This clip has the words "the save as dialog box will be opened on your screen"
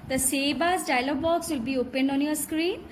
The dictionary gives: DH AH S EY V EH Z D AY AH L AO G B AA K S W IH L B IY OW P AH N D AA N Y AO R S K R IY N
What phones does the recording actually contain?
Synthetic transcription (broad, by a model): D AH S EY B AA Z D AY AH L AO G B AA K S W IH L B IY OW P AH N D AA N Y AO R S K R IY N